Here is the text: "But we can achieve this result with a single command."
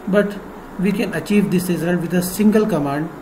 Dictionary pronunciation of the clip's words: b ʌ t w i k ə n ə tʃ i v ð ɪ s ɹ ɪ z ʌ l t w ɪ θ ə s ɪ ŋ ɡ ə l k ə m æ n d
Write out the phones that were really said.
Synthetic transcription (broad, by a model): b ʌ t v i k ə n ə tʃ i v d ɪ s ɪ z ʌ n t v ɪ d ə s ɪ ŋ ɡ ə l k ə m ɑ n d